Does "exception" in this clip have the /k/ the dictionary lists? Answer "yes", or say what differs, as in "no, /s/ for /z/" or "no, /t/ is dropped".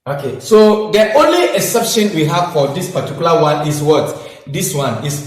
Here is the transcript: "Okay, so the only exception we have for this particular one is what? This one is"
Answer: no, /k/ is dropped